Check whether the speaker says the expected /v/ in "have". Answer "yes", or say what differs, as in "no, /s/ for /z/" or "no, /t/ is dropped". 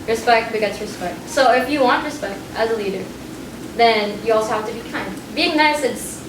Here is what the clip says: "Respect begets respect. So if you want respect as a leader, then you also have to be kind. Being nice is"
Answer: no, /f/ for /v/